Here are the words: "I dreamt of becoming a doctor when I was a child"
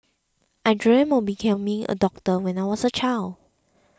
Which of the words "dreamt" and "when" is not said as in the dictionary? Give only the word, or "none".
dreamt